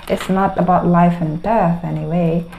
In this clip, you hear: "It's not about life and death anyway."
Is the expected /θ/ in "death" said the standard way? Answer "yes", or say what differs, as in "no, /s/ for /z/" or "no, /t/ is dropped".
yes